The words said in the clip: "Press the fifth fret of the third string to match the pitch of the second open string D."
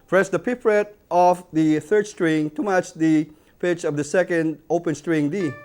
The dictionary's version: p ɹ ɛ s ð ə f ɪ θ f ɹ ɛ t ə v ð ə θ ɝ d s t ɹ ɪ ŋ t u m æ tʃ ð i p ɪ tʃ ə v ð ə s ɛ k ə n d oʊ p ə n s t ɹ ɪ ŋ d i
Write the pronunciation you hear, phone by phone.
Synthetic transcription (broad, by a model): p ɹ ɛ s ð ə p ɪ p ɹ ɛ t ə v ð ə θ ɝ d s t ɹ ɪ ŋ t u m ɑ tʃ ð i p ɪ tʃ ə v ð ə s ɛ k ə n d oʊ p ə n s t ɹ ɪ ŋ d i